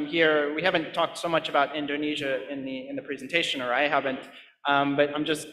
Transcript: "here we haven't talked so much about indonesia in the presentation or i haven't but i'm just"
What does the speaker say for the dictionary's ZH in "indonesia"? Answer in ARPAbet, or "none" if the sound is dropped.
ZH